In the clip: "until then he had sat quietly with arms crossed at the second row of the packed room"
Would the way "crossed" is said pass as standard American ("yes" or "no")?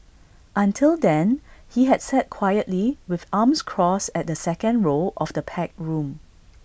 no